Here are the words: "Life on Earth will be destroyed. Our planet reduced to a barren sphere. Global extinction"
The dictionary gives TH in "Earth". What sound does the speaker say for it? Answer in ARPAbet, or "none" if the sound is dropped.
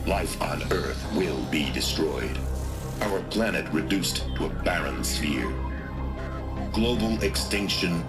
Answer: TH